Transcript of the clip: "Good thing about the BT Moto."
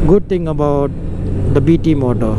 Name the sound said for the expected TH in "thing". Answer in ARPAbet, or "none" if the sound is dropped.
T